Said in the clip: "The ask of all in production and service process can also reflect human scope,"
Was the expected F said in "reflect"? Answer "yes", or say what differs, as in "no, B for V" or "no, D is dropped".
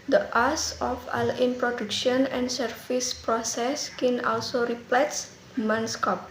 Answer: no, P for F